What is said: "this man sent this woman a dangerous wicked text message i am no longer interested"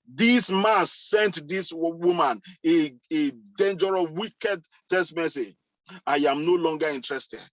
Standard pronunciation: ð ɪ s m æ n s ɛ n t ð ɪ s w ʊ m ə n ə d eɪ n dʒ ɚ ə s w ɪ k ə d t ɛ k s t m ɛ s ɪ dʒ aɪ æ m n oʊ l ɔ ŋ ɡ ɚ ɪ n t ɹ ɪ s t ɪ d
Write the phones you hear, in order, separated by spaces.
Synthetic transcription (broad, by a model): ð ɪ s m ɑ n s ɛ n t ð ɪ s w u m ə n ə d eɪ n dʒ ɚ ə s w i k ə d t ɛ s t m ɛ s ɪ dʒ aɪ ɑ m n oʊ l ɔ ŋ ɡ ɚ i n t ɹ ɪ s t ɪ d